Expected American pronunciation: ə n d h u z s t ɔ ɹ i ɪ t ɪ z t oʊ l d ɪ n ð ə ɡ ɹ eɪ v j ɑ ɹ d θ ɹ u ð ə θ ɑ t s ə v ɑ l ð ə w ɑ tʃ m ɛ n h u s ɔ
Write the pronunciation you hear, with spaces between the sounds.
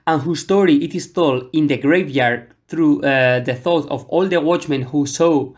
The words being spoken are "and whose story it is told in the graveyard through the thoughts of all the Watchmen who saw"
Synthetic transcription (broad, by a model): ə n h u s t ɔ ɹ i ɪ t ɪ s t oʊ l ɪ n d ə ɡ ɹ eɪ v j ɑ ɹ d θ ɹ u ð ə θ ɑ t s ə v ɑ l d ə w ɑ tʃ m ɛ n h u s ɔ